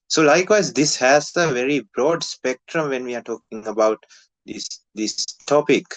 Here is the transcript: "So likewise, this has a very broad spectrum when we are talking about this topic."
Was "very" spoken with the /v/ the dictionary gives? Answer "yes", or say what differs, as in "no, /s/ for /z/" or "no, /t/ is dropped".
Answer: yes